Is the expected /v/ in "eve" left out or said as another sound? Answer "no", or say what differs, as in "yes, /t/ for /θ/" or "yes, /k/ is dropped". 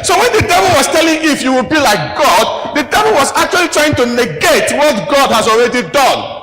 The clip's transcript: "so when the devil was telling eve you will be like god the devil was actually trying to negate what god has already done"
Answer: yes, /f/ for /v/